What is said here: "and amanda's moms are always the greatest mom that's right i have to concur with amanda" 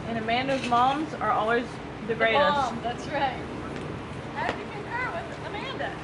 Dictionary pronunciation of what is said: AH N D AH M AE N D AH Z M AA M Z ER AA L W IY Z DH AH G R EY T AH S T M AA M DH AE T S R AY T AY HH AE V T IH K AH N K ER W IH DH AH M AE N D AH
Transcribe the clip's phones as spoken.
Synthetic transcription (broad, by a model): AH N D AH M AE N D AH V M AA M Z ER AA L W IY Z DH AH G R EY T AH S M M DH AE T S R AY T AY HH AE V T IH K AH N ER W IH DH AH M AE N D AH